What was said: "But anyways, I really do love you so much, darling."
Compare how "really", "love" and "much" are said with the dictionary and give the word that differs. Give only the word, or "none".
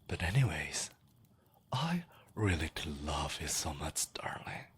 none